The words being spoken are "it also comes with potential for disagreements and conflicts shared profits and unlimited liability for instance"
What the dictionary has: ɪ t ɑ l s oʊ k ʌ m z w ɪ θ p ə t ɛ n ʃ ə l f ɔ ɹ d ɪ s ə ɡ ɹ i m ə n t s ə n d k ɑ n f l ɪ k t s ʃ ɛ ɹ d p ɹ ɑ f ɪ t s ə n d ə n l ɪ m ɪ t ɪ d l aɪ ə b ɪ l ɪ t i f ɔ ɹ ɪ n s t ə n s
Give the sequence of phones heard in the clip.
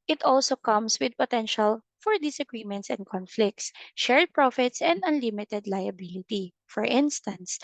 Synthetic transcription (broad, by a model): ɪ t ɑ l s oʊ k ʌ m s w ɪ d p ə t ɛ n ʃ ə l f ɔ ɹ d ɪ s ə ɡ ɹ i m ə n t s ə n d k ɑ n f l ɪ k t s ʃ ɛ ɹ d p ɹ ɑ f ɪ t s ə n d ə n l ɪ m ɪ t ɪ d l aɪ ə b ɪ l ɪ t i f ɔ ɹ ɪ n s t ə n s